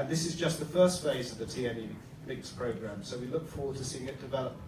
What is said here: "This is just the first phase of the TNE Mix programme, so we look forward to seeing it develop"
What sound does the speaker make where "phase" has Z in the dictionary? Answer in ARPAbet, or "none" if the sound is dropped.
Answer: Z